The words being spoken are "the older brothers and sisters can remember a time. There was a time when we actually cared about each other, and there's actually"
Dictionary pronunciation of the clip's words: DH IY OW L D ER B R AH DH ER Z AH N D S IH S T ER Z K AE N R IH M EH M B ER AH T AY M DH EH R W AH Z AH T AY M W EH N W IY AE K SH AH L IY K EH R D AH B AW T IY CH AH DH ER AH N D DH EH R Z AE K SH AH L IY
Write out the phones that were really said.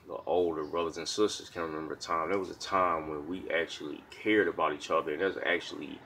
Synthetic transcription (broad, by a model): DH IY OW L D ER B R AH DH ER Z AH N S IH S T ER Z K AE N R IH M EH M B ER AH T AY M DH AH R W AH Z AH T AY M W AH N W IY AE K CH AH L IY K EH R D AH B AW T IY CH AH DH ER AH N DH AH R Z AE K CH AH L IY